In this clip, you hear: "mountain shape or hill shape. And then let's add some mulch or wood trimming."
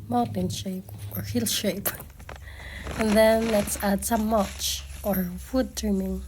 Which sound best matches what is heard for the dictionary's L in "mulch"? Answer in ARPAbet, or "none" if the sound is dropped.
none